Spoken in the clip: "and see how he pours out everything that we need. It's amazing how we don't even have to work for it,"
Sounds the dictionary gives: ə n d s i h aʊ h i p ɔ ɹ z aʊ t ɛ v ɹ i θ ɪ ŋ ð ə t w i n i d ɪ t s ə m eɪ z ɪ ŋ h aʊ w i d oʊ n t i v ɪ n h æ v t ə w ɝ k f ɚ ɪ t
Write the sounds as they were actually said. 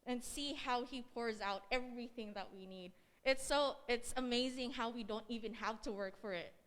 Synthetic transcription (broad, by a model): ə n s i h aʊ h i p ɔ ɹ z aʊ t ɛ v ɹ i θ ɪ ŋ ð ə t w i n i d ɪ t s ə m eɪ z ɪ ŋ h aʊ w i d oʊ n t i v ɪ n h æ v t ə w ɝ k f ɚ ɪ t